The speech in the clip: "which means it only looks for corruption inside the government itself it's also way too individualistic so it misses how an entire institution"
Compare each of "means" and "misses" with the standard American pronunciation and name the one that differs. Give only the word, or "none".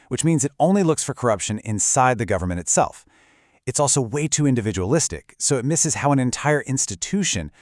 none